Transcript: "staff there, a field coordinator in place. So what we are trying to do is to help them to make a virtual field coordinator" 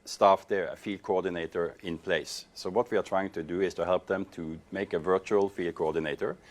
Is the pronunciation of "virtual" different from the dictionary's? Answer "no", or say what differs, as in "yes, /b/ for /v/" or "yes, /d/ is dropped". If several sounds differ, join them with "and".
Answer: no